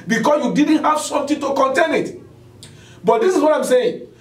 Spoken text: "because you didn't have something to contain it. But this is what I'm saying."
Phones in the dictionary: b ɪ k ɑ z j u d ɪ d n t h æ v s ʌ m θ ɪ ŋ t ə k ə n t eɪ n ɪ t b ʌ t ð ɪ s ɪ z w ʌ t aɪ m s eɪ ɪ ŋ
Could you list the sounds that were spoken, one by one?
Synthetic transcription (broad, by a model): b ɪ k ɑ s j u d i d n t h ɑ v s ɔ m t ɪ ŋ t ə k ə n t eɪ n ɪ t b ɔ t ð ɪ s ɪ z w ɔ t aɪ m s eɪ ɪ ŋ